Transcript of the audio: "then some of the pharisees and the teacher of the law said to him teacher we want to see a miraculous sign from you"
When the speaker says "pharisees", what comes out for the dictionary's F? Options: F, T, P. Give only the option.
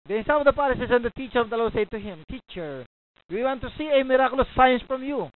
P